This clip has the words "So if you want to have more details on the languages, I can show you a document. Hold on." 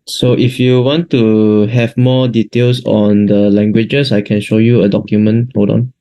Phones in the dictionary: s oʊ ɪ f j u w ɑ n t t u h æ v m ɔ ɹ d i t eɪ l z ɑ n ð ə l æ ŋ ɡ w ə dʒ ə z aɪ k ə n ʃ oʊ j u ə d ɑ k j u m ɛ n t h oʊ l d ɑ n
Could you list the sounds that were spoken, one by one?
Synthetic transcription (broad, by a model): s oʊ ɪ f j u w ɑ n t t u h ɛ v m ɔ d i t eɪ l s ɑ n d ə l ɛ ŋ ɡ w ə dʒ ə s aɪ k ə n ʃ oʊ j u ə d ɑ k j u m ɛ n t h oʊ d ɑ n